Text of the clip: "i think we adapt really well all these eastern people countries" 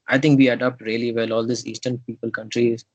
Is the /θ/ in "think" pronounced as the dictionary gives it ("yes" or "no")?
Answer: no